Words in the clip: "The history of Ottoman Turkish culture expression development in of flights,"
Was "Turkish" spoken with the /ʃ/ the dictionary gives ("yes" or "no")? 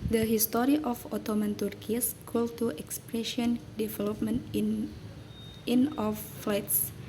no